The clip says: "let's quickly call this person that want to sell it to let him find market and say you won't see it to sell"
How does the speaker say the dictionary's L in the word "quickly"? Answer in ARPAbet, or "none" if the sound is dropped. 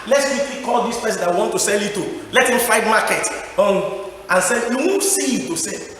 none